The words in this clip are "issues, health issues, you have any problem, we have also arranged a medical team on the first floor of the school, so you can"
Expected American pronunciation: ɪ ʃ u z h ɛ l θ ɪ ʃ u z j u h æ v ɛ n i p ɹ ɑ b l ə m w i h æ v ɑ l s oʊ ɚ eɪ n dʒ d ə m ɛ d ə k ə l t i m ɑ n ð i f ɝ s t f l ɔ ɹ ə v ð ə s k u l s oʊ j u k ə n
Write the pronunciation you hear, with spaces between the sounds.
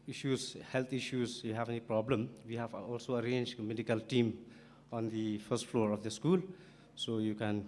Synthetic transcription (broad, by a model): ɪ ʃ u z h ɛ l t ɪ ʃ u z j u h æ v ɛ n i p ɹ ɑ b l ə m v i h æ v ɑ l s oʊ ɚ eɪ n dʒ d m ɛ d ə k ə l t i m ɑ n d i f ɝ s t f l ɔ ɹ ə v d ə s k u l s oʊ j u k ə n